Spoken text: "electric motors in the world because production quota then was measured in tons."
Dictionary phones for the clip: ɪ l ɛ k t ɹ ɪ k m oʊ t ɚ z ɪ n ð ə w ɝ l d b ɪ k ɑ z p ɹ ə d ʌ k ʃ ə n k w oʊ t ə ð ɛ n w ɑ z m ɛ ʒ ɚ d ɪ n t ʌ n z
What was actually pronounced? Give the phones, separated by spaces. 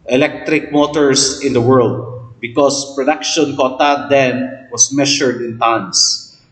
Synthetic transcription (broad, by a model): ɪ l ɛ k t ɹ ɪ k m oʊ t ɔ s ɪ n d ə w ɝ l d b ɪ k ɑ s p ɹ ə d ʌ k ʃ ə n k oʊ t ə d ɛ n w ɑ s m ɛ ʃ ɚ d ɪ n t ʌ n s